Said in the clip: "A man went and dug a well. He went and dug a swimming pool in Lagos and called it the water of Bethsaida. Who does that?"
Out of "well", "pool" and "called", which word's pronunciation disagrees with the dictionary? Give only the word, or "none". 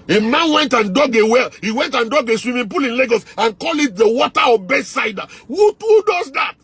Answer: called